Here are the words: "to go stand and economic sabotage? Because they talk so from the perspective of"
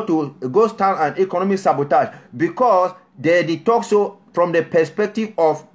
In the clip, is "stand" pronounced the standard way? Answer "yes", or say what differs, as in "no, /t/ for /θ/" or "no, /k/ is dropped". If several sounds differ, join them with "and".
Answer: no, /d/ is dropped